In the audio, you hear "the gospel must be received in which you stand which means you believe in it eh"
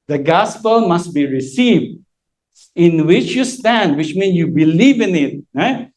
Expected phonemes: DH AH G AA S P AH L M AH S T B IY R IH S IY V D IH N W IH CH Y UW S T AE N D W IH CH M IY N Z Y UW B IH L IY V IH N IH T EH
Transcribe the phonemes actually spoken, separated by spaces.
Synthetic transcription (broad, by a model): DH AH G AA S P AH L M AH S T B IY R IH S IY V D IH N W IH CH Y UW S T AE N D W IH CH M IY N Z Y UW B IH L IY V IH N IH T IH